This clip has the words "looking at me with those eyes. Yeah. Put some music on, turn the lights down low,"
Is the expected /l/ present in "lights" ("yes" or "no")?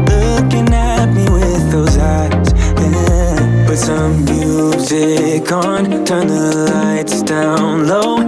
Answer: yes